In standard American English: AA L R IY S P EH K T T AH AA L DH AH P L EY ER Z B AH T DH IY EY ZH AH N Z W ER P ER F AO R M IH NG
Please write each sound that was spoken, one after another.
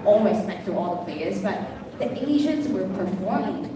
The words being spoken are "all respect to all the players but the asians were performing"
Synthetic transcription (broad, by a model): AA L W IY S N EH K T T AH AA L DH AH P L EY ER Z B AH T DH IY EY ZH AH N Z W ER P ER F AO R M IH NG